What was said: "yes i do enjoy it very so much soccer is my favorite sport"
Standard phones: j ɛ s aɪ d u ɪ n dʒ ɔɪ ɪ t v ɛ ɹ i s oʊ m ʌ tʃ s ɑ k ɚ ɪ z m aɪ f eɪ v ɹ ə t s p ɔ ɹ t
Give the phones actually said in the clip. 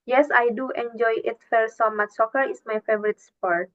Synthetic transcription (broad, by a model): j ɛ s aɪ d u ɪ n dʒ ɔɪ ɪ t f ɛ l s oʊ m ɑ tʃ s ɑ k ɚ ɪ s m aɪ f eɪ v ɹ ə t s p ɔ ɹ t